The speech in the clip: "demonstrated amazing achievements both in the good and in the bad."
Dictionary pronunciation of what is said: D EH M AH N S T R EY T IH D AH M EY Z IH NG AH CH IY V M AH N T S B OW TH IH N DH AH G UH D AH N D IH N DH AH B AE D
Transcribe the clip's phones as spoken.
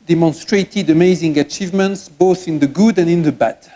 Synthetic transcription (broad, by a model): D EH M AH N S T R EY T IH D AH M EY Z IH NG AH CH IY V M AH N T S B OW TH IH N DH AH G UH D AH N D IH N DH AH B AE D